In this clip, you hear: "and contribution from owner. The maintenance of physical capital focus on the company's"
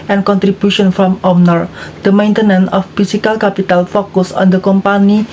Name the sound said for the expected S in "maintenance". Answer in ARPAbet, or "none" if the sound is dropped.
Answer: none